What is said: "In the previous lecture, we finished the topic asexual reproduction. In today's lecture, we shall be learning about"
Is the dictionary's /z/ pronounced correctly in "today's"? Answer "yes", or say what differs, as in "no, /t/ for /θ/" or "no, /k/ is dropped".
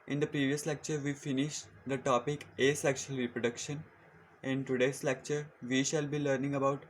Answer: no, /s/ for /z/